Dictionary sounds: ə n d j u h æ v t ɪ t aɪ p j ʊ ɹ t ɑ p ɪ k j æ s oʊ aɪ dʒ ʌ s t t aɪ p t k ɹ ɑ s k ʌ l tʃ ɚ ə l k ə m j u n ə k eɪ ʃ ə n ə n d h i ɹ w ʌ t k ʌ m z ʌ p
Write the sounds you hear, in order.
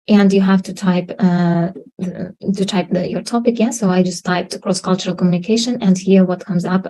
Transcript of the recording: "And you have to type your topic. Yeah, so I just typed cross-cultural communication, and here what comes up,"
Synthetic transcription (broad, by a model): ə n d j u h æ p t ɪ t aɪ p j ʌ ɹ t ɑ p ɪ k j æ s oʊ aɪ dʒ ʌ s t t aɪ p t k ɹ ɑ s k ʌ l tʃ ɚ ə l k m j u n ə k eɪ ʃ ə n ə n d h i ɹ w ʌ t k ʌ m z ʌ p